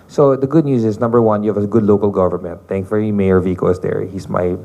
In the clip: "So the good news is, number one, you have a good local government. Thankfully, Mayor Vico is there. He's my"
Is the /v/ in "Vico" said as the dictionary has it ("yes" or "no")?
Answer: yes